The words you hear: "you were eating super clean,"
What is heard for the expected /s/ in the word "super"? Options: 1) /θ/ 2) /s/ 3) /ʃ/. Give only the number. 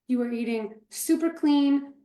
2